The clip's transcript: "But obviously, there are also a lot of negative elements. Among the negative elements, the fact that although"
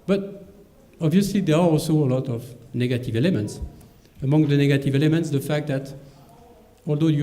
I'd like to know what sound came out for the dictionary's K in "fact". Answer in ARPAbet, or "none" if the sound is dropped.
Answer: K